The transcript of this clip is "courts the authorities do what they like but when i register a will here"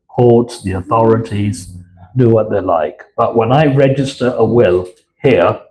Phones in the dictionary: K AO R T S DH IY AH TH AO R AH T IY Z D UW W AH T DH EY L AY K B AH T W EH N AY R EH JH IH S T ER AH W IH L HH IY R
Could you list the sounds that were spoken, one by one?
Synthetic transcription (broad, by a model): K AO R T S DH IY AH TH AO R AH T IY Z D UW W AH T DH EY L AY K B AH T W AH N AY R EH JH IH S T ER AH W IH L HH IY R